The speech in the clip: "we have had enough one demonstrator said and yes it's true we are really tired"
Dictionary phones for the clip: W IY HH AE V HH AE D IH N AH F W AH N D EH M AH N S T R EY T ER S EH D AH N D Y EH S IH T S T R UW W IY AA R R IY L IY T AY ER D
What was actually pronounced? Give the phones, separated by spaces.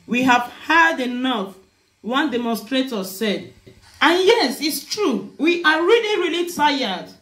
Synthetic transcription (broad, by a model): W IY HH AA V HH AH D IH N AH F W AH N D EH M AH N S T R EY T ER S EH D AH N Y EH S IH T S T R UW W IY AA R R IY L IY T AY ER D